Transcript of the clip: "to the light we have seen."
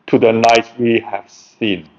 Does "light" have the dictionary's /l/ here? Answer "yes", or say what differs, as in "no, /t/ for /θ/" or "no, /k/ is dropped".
no, /n/ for /l/